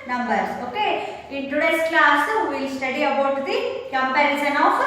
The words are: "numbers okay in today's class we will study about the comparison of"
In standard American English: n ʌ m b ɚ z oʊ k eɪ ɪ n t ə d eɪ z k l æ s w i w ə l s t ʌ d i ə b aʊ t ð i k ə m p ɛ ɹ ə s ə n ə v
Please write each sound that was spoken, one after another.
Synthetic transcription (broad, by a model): n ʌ m b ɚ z oʊ k eɪ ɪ n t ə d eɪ s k l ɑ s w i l s t ʌ d i ə b aʊ t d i k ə m p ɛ ɹ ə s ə n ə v